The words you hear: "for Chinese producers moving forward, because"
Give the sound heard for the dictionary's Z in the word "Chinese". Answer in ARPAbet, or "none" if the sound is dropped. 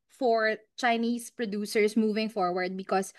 S